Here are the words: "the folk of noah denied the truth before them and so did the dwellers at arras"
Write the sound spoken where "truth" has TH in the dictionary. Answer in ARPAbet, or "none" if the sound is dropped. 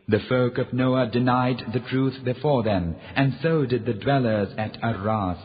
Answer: TH